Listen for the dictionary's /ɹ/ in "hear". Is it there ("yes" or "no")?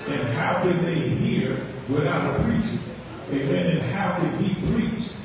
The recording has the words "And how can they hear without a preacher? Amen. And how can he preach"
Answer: yes